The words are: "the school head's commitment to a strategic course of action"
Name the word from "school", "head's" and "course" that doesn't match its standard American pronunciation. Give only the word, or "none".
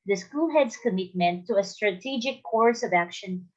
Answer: head's